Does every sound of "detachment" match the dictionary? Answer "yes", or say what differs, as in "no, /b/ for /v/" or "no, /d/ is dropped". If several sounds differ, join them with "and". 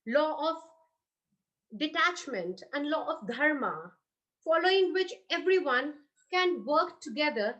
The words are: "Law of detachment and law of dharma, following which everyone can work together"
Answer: yes